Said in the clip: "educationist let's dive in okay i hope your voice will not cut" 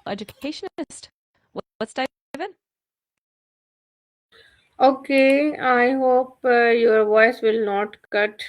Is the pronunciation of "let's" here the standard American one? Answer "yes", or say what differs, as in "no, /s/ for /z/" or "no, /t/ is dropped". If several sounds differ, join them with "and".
no, /w/ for /l/